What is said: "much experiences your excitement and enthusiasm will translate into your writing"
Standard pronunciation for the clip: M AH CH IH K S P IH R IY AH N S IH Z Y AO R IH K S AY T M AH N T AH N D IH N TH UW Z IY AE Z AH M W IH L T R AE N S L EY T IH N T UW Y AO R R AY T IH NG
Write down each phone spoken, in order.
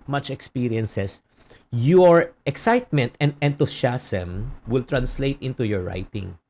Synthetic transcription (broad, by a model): M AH CH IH K S P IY R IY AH N S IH S Y AO R IH K S AY T M AH N T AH N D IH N T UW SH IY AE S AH M W IH L T R AE N S L EY T IH N T UW Y AO R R AY T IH NG